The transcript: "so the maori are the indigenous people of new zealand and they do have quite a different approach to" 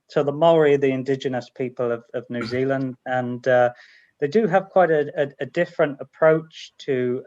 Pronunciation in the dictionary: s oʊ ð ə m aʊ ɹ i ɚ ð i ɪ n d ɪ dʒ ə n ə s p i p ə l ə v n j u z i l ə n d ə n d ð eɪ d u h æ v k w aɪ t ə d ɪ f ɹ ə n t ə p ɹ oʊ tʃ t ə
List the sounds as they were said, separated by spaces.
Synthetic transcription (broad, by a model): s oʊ ð ə m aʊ ɹ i ð i ɪ n d ɪ dʒ ə n ə s p i p ə l ə v n j u z i l ə n d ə n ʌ ð eɪ d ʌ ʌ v k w aɪ t ə d ɪ f ɹ ə n t ə p ɹ oʊ tʃ t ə